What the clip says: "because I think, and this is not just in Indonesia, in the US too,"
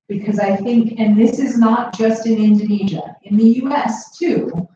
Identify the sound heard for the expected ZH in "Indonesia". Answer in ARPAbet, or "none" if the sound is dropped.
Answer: ZH